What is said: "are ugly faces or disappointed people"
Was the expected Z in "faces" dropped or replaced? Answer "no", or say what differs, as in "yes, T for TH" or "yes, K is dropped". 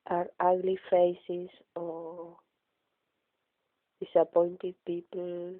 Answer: yes, S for Z